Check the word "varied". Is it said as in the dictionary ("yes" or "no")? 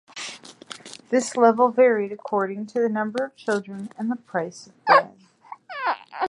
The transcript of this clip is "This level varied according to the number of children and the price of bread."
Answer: yes